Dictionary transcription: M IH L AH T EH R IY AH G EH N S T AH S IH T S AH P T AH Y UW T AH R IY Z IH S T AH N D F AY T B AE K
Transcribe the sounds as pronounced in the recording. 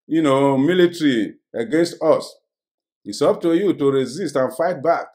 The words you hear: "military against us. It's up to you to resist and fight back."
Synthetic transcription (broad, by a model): M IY L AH T R IY AH G EH N S T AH S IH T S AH P T AH Y UW T AH R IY Z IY S T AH N F AY T B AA K